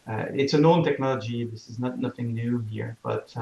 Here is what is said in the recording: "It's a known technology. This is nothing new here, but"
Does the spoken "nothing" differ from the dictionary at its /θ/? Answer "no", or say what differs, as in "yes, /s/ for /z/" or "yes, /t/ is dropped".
no